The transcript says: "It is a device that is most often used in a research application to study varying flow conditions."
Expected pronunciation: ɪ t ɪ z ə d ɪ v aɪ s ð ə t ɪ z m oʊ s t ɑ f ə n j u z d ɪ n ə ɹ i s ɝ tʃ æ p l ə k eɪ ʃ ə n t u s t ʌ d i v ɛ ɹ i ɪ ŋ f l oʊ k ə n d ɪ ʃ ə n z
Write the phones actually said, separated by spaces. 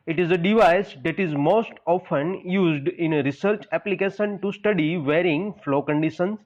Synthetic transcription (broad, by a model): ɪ t ɪ z ə d ɪ v aɪ s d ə t ɪ z m oʊ s t ɑ f ə n j u z d ɪ n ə ɹ i s ɝ tʃ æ p l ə k eɪ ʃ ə n t u s t ʌ d i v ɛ ɹ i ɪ ŋ f l oʊ k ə n d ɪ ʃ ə n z